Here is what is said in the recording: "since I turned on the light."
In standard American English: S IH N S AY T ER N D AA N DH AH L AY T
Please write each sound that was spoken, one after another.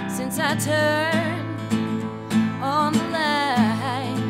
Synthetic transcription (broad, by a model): S IH N S AY T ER N AA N DH AH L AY